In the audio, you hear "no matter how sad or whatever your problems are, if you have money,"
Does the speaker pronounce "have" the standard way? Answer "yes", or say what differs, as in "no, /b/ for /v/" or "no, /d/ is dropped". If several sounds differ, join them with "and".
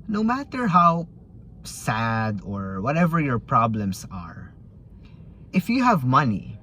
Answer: yes